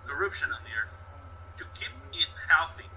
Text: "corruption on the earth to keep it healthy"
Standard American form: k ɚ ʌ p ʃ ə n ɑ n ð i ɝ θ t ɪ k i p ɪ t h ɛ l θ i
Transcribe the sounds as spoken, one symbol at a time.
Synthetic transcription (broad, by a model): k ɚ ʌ p ʃ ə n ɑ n ð i ɝ θ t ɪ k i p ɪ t h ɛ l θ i